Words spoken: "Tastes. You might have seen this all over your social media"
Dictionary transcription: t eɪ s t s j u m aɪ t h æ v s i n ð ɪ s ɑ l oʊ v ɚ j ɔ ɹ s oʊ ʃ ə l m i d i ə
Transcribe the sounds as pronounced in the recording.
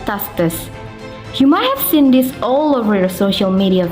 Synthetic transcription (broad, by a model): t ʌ s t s j u m aɪ t h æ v s i n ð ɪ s ɑ l oʊ v ɚ j ɔ ɹ s oʊ ʃ ə l m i d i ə